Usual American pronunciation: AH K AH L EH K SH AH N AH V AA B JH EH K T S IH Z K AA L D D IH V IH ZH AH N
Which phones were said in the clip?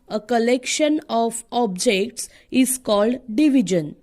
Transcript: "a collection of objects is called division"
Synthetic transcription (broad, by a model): AH K AH L EH K SH AH N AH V AA B JH EH K T S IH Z K AA L D D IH V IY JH AH N